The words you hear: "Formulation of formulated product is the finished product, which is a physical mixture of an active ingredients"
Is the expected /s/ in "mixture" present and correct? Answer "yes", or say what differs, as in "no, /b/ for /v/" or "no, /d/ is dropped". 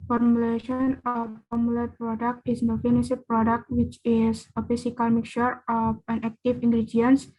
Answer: no, /s/ is dropped